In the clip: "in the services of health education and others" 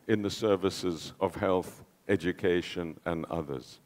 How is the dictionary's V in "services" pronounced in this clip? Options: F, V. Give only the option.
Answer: V